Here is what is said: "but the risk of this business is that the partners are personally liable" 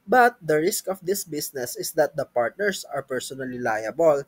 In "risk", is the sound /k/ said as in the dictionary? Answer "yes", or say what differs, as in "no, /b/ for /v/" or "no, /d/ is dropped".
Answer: yes